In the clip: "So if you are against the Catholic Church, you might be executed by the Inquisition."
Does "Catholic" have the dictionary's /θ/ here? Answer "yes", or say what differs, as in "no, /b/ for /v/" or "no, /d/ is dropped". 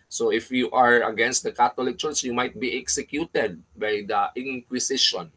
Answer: no, /t/ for /θ/